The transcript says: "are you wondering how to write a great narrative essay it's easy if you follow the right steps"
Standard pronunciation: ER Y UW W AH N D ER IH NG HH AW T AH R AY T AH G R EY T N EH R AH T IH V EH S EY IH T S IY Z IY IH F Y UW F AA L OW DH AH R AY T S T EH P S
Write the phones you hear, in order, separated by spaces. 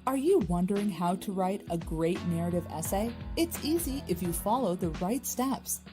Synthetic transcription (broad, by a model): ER Y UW W AH N D ER IH NG HH AW T AH R AY T AH G R EY T N EH R AH T IH V EH S EY IH T S IY Z IY IH F Y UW F AA L OW DH AH R AY T S T EH P S